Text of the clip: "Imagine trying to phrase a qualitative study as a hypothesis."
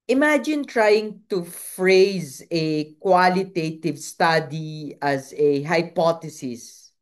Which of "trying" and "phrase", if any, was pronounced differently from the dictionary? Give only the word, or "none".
none